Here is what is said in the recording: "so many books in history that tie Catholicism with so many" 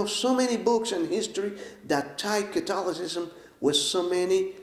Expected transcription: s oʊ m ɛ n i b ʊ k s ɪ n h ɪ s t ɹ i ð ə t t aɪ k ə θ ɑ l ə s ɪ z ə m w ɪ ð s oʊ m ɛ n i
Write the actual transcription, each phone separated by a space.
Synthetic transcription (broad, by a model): s oʊ m ɛ n i b ʊ k s ɪ n h ɪ s t ɹ i ð ə t t aɪ k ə t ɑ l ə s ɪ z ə m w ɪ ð s oʊ m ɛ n i